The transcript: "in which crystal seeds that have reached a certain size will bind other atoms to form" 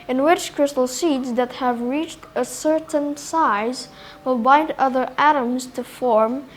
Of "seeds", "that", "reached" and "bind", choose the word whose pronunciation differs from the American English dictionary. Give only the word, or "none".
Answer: none